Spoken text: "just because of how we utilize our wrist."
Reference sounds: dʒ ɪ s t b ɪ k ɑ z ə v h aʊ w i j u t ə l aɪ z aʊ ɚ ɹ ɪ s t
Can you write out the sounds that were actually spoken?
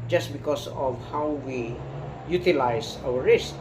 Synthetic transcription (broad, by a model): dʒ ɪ s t b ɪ k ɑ s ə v h aʊ w i j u t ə l aɪ s aʊ ɚ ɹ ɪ s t